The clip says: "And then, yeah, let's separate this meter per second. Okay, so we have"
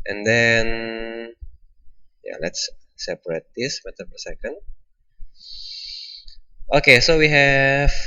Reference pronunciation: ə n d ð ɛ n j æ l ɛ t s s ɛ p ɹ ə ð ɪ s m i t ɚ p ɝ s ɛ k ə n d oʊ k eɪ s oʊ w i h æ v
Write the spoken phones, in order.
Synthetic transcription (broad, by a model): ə n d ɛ n j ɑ l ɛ t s s ɛ p ɹ ə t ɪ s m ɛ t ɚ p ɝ s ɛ k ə n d oʊ k eɪ s oʊ w i h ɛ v